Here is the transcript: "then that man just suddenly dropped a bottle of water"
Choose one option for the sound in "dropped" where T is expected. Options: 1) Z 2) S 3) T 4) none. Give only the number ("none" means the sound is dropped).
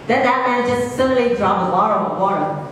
4